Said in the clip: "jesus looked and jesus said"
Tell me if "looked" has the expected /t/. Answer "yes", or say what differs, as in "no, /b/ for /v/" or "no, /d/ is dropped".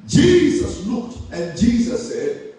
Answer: yes